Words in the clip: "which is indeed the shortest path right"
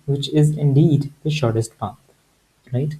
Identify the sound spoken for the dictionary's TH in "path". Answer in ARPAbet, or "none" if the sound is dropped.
T